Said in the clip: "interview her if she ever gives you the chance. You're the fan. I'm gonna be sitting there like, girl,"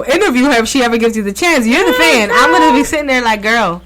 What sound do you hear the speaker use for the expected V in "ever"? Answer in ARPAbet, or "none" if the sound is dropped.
V